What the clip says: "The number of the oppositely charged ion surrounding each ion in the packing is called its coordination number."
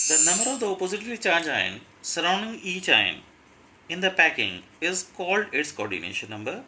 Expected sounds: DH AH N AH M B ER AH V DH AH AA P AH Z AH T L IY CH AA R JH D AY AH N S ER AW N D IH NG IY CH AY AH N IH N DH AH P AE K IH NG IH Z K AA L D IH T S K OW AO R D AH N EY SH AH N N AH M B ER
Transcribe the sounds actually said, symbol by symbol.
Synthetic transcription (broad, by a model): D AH N AH M B ER AH V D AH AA P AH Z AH T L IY CH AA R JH AY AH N S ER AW N D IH NG IY CH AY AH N IH N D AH P AE K IH NG IH Z K AA L D IH T S K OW AO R D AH N EY SH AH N N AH M B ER